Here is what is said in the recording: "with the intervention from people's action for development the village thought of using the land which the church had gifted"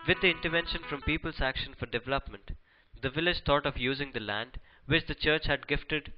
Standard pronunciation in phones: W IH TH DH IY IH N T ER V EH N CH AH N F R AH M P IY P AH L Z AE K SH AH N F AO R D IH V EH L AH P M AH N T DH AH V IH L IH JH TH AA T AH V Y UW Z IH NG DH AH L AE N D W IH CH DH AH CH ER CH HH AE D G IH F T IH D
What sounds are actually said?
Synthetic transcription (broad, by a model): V IH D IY IH N T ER V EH N SH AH N F R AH M P IY P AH L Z AE K SH AH N F AO R D IH V EH L AH P M AH N T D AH V IH L IH JH T AA T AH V Y UW Z IH NG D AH L AE N D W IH CH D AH CH ER CH HH AE D G IH F T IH D